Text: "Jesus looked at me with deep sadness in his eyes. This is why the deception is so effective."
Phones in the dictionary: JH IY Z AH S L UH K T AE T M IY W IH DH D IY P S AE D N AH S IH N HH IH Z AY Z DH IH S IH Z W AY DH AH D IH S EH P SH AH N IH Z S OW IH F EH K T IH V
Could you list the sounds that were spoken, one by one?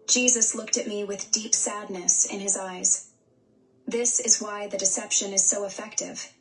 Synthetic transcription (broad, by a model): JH IY Z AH S L UH K T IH T M IY W IH DH D IY P S AE D N AH S IH N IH Z AY Z DH IH S IH Z W AY DH AH D IH S EH P SH AH N IH Z S OW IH F EH K T IH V